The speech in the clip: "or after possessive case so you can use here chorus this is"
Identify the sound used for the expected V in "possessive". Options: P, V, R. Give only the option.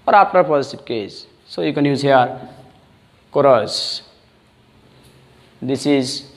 P